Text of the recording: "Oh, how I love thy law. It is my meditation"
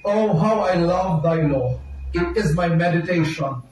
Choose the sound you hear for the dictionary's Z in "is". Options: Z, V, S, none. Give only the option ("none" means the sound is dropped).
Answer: Z